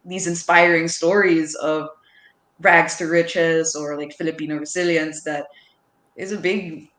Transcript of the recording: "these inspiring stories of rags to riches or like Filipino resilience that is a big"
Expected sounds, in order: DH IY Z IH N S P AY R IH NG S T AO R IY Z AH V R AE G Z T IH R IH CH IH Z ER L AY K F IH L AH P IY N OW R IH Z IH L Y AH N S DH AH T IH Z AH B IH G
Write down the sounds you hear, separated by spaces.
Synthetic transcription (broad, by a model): DH IY Z IH N S P AY R IH NG S T AO R IY Z AH V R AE G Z T IH R IH CH IH Z ER L AY K F IH L AH P IY N OW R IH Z IH L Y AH N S DH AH T IH Z AH B IH G